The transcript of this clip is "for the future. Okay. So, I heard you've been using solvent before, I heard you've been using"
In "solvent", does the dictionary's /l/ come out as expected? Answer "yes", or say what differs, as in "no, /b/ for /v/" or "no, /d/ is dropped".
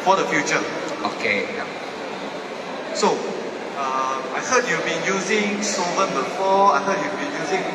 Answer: no, /l/ is dropped